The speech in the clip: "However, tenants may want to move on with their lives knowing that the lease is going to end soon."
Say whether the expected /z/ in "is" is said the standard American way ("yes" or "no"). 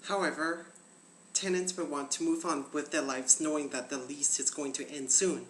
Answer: yes